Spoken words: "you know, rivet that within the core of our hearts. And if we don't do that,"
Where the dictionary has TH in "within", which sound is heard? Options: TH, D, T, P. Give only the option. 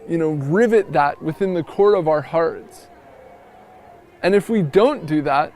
TH